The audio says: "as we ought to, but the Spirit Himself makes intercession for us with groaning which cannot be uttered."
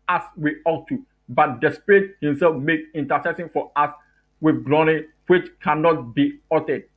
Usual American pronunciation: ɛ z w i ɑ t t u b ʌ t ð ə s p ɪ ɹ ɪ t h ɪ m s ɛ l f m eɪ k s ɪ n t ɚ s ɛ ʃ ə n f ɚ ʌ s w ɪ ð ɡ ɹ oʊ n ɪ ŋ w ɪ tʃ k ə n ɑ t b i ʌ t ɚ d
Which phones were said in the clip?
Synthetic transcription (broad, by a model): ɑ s w i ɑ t t u b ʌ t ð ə s p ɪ ɹ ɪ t h ɪ m s ɛ l f m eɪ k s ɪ n t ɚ s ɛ s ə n f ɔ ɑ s w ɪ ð ɡ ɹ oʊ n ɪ w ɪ tʃ k ə n ɑ t b i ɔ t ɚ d